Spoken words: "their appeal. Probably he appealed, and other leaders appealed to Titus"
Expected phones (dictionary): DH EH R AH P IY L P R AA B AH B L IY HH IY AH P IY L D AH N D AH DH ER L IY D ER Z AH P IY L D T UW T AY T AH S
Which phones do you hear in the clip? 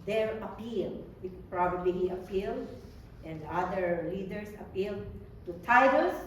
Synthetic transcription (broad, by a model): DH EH R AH P IY L P R AA B AH B L IY HH IY AH P IY L D AH N D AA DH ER L IY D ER S AH P IY L D T UW T AY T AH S